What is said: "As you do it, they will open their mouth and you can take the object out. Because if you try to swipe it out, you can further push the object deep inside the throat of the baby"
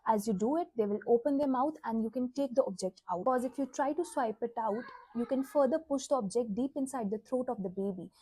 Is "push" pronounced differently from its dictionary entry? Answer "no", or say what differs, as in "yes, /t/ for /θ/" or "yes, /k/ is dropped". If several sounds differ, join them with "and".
no